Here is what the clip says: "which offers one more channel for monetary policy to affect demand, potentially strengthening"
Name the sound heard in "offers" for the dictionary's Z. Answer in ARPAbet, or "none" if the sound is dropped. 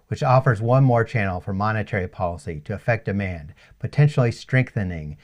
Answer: Z